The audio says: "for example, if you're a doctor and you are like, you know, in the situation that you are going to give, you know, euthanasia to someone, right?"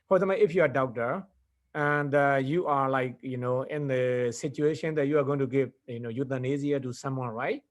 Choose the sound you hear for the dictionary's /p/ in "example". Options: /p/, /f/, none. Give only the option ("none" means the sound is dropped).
none